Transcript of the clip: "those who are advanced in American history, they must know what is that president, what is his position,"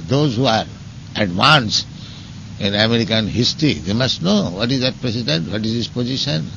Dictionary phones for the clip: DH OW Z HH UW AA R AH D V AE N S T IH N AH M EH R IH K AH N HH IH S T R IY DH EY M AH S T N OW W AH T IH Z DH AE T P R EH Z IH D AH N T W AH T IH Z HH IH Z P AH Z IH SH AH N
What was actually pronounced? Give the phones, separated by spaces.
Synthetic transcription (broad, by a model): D OW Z HH UW AA R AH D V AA N S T IH N AH M EH R IH K AH N HH IH S T R IY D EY M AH S T N OW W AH T IH Z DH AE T P R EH S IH D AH N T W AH T IH Z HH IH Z P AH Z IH SH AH N